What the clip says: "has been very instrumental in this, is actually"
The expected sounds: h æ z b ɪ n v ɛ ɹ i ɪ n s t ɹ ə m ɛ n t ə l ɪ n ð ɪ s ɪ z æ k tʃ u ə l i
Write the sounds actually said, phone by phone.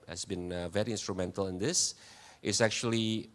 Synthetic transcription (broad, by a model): h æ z b ɪ n v ɛ ɹ i ɪ n s t ɹ ə m ɛ n t ə l ɪ n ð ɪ s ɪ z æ k tʃ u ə l i